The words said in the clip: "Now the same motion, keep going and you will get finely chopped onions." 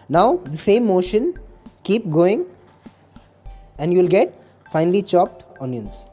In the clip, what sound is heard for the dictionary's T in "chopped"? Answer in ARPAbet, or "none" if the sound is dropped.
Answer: T